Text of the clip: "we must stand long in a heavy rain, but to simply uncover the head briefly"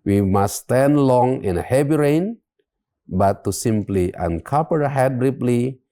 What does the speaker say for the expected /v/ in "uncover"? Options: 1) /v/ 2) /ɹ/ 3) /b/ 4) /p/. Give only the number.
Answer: 4